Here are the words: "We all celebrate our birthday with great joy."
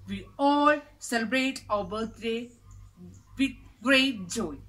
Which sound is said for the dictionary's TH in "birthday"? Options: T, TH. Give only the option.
T